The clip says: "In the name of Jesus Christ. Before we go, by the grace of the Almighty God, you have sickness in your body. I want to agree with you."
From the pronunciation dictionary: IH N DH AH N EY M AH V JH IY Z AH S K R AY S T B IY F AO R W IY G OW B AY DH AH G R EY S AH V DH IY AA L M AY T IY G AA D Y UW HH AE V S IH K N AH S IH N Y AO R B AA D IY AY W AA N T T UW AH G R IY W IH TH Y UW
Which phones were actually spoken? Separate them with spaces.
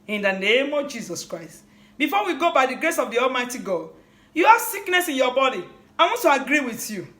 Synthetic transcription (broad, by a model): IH N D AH N EY M AH V JH IY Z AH S K R AY S T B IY F AO W IY G OW B AY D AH G R EY S AH V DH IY AA L M AY T IY G AA D Y UW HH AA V S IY K N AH S IH N Y AO B AA D IY AY W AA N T T UW AH G R IY W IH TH Y UW